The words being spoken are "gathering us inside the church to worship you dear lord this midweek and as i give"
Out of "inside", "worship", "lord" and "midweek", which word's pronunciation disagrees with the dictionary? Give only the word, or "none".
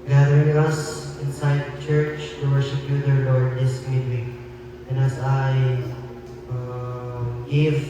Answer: midweek